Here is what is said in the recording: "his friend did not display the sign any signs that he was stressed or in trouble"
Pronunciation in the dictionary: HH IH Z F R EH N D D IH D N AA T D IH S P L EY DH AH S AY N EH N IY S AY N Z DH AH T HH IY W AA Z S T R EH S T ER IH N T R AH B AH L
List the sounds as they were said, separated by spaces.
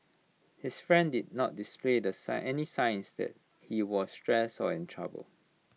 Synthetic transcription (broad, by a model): HH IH S F R EH N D D IH D N AA T D IH S P L EY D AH S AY EH N IY S AY N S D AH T HH IY W AA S T R EH S AO IH N T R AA B AH L